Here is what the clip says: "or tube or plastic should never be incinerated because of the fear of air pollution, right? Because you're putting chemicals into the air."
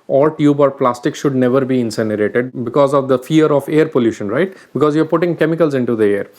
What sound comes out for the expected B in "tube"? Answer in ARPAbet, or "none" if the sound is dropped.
B